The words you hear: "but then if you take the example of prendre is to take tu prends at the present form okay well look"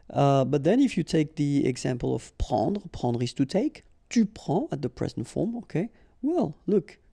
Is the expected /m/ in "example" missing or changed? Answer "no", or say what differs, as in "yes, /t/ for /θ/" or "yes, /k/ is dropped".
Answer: no